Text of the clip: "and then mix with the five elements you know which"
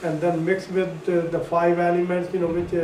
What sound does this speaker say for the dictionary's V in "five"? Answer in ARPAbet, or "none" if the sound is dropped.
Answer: V